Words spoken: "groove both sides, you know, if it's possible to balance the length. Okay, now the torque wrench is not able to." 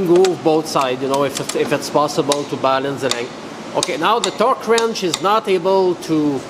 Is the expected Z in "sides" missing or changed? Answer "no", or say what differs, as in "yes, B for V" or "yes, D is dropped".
yes, Z is dropped